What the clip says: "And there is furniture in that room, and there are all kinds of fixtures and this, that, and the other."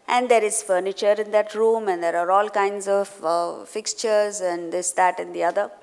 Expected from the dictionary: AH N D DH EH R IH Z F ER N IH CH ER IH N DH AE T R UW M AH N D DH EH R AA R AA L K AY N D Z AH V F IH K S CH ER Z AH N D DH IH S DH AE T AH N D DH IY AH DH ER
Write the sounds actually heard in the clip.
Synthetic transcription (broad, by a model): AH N D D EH R IH Z F ER N IH CH ER IH N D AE T R UW M AH N D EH R AA R AA L K AY N D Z AH V F IH K S CH ER Z AH N D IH S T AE T AH N D IY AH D ER